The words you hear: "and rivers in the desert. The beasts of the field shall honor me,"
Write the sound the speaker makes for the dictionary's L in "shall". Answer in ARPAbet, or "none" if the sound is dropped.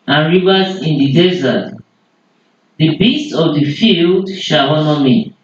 W